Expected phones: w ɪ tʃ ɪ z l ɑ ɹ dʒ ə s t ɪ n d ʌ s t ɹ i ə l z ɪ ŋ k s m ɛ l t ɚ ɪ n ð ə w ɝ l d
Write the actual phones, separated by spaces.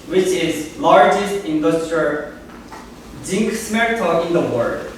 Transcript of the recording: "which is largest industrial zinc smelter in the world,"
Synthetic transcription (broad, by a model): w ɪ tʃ ɪ z l ɑ ɹ dʒ ə s t ɪ n d ʌ s t ɹ i ə l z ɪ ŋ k s m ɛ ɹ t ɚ ɪ n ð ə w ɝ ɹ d